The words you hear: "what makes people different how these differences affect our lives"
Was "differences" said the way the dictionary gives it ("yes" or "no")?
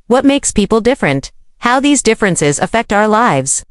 yes